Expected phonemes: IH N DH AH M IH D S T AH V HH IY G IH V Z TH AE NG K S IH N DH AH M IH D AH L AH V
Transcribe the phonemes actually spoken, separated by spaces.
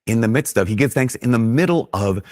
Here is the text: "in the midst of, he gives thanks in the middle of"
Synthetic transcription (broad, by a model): IH N DH AH M IH D S T AH V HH IY G IH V TH AE NG K S IH N DH AH M IH D L AH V